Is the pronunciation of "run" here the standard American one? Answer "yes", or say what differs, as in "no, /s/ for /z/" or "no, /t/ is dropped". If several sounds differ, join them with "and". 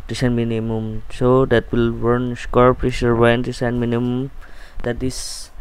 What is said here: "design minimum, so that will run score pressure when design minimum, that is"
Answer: no, /w/ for /ɹ/